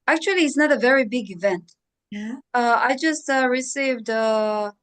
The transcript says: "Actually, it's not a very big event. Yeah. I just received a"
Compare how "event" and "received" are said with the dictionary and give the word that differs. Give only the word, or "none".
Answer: none